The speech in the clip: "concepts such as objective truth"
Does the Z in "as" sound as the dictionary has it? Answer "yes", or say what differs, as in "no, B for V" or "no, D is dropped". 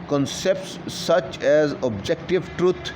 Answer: yes